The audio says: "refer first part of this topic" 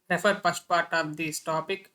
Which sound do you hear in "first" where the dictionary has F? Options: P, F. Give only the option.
P